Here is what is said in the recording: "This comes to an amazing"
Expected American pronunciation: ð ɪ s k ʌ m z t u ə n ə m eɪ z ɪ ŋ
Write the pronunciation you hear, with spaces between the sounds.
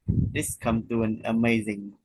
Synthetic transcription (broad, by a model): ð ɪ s k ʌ m t u ə n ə m eɪ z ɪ ŋ